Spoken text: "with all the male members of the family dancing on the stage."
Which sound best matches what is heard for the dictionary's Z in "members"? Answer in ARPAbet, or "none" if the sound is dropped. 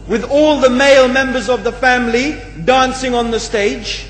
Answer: Z